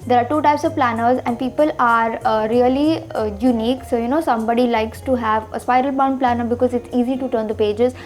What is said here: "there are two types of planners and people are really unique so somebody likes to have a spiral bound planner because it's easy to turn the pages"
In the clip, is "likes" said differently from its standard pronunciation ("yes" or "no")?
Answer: no